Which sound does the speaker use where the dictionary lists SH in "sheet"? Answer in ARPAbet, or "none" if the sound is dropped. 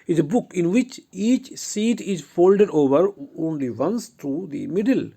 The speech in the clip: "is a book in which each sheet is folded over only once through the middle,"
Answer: S